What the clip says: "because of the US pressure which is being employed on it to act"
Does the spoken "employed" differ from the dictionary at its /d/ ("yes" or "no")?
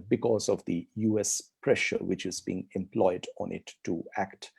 no